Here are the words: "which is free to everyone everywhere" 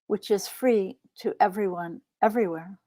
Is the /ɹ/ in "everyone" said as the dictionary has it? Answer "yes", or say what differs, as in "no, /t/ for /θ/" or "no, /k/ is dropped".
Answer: yes